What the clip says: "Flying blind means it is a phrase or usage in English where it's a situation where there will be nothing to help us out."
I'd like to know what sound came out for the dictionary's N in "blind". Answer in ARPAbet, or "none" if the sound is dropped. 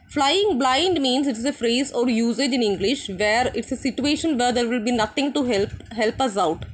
N